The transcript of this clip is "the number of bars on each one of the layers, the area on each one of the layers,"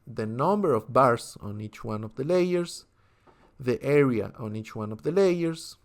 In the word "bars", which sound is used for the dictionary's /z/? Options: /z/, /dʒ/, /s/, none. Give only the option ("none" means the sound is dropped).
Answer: /s/